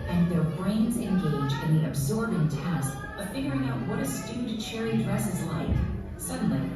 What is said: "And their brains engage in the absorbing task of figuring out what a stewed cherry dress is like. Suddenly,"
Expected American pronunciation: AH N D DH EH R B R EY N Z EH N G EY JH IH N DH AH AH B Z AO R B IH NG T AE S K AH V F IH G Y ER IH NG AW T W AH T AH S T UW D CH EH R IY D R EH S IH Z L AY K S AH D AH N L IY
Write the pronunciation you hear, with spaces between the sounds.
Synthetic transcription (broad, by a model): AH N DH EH R B R EY N Z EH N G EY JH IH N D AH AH B Z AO R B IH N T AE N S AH F IH G Y ER IH NG AW T W AH T AH S T UW D CH EH R IY D R EH S IH Z L AY K S AH D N L IY